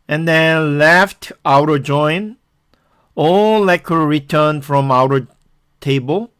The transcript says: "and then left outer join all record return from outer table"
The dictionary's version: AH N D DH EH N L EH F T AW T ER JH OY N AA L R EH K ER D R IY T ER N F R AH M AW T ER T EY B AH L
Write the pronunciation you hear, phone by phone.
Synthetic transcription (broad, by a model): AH N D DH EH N L EH F T AW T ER JH OY N AA L L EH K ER R IY T ER N F R AH M AW T ER T EY B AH L